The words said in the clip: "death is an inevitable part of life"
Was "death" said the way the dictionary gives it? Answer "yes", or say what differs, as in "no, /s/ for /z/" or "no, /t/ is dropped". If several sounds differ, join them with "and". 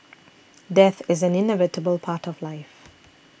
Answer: yes